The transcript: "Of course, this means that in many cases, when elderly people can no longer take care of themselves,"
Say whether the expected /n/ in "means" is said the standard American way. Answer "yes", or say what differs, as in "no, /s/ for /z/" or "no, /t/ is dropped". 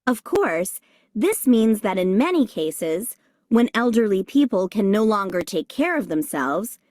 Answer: yes